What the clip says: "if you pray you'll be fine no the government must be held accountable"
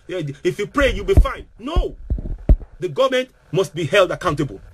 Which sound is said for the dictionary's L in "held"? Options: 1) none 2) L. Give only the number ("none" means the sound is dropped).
2